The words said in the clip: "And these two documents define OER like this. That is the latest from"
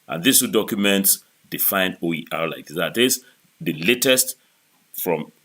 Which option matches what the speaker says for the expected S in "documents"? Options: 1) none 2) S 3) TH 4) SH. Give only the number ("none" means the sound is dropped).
2